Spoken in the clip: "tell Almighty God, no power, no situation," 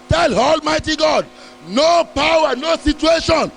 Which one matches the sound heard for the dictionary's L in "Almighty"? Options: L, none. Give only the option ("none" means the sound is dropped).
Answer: L